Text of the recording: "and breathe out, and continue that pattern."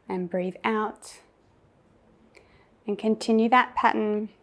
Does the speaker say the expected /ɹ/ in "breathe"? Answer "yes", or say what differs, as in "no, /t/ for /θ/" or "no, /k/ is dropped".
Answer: yes